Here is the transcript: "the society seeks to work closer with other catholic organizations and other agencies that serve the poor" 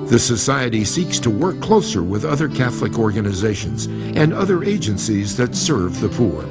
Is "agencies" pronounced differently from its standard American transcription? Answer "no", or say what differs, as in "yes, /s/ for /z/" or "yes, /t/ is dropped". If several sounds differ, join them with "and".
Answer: no